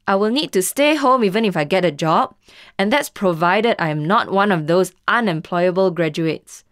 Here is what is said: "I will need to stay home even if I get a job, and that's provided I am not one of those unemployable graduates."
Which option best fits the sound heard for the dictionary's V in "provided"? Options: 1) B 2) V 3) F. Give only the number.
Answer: 2